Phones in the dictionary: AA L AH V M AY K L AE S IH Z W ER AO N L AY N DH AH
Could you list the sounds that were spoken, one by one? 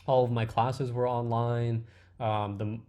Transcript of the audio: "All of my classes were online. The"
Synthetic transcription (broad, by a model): AA L AH V M AY K L AE S IH Z W ER AO N L AY N DH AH